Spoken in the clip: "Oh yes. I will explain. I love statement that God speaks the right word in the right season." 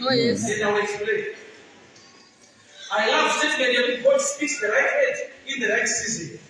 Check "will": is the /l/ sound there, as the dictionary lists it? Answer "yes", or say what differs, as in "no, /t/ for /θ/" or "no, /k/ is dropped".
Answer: no, /n/ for /l/